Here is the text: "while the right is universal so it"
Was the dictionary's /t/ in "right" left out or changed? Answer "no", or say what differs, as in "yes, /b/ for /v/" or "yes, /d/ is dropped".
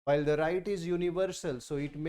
no